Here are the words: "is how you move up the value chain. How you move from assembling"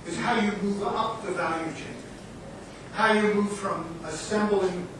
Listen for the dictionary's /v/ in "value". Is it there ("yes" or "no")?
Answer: yes